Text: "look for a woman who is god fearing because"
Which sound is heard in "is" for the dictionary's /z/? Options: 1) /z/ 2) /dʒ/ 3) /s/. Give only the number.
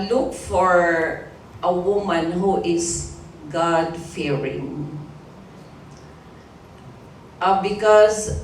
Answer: 3